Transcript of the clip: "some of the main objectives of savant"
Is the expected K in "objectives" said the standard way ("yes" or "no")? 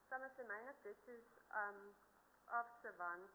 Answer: no